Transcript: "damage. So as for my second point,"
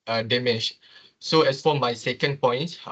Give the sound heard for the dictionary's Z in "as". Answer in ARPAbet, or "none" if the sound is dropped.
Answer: S